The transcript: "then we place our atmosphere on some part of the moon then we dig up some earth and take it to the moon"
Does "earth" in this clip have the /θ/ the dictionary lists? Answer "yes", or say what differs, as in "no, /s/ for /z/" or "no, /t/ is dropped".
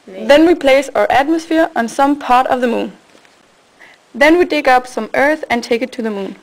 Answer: yes